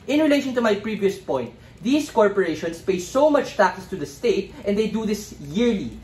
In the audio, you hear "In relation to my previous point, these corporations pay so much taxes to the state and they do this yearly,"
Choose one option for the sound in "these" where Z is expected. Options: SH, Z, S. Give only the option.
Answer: S